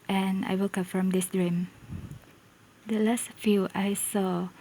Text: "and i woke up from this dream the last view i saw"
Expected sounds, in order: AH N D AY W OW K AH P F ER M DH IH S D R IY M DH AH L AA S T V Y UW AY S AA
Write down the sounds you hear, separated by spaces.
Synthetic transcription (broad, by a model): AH N AY W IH K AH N F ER M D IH S D R IY M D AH L AA S T F Y UW AY S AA